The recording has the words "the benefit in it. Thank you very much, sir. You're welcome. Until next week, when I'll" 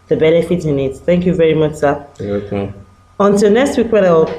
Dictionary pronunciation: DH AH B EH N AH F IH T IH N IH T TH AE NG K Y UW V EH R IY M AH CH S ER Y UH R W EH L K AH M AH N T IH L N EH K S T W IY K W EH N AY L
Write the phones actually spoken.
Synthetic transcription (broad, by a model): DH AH B EH N AH F IH T IH N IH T TH AE NG K Y UW V EH R IY M AH CH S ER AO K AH AH N T IH L N EH K S T W IY K W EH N AY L